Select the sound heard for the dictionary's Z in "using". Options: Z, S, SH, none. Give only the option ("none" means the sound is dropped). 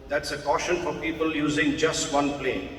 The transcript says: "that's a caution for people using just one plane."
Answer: Z